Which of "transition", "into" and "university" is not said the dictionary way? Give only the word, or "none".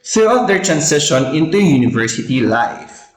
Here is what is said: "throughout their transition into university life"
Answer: transition